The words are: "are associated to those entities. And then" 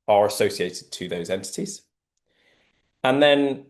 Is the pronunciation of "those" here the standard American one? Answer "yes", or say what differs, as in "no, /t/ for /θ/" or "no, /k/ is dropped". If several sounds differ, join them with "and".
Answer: yes